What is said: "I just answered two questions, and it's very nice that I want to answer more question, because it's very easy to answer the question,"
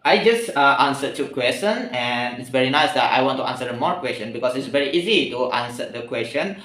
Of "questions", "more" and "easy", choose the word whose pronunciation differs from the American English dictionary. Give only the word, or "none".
questions